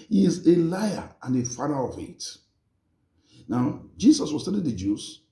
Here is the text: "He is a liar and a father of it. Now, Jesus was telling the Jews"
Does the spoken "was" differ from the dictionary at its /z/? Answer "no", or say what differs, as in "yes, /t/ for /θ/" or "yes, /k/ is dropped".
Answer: yes, /s/ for /z/